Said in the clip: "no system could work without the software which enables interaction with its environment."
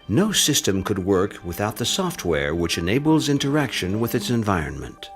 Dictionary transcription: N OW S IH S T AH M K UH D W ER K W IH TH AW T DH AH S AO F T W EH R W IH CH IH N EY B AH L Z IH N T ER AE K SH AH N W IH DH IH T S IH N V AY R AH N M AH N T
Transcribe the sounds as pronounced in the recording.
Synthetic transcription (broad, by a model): N OW S IH S T AH M K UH D W ER K W IH TH AW T DH AH S AO F T W EH R W IH CH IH N EY B L Z IH N T ER AE K SH AH N W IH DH IH T S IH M V AY R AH N M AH N T